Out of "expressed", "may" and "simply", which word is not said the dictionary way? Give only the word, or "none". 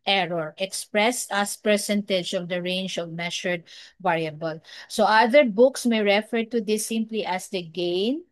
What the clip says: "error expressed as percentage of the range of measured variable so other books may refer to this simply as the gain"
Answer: expressed